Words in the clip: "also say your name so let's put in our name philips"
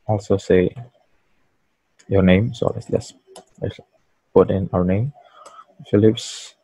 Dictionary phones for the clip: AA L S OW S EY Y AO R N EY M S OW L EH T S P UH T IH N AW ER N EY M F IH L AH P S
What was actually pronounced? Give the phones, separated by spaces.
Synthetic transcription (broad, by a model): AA L S OW S EY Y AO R N EY M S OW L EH S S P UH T IH N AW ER N EY M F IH L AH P S